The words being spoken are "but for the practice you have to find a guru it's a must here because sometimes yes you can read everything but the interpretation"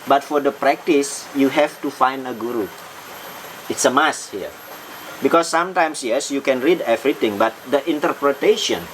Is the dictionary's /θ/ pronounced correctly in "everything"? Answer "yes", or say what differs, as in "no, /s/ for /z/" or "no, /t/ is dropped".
no, /t/ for /θ/